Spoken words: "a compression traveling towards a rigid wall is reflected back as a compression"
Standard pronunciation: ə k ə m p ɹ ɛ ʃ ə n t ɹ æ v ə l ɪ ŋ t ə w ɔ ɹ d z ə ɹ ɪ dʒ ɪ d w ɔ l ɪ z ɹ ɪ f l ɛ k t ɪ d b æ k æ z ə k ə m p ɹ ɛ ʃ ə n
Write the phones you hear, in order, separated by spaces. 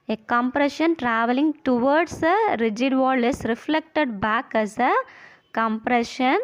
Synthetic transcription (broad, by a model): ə k ə m p ɹ ɛ ʃ ə n t ɹ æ v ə l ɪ ŋ t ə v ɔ ɹ d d ə ɹ ɪ dʒ ɪ d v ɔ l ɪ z ɹ ɪ f l ɛ k t ɪ d b æ k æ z ə k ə m p ɹ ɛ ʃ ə n